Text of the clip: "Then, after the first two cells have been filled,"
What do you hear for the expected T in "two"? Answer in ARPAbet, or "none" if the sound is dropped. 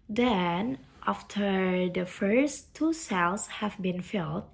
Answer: T